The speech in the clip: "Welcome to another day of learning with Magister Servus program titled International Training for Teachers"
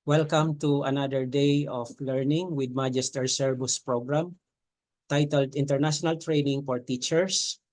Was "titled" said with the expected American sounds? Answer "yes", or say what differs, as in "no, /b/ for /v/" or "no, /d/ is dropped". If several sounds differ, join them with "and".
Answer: yes